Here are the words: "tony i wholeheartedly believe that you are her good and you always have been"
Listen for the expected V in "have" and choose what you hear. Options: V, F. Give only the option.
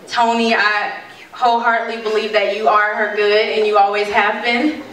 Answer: V